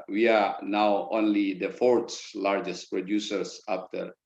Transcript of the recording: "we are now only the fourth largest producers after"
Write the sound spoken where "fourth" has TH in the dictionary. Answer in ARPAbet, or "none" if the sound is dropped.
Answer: S